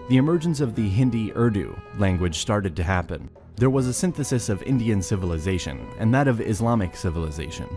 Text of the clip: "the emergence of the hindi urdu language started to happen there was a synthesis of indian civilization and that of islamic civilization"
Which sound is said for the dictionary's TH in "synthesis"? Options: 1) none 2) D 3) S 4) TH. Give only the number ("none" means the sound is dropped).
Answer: 4